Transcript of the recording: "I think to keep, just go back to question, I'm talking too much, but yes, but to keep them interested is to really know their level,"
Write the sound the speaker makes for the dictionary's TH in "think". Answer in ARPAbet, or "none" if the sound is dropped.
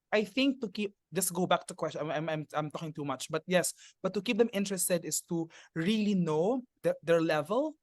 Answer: TH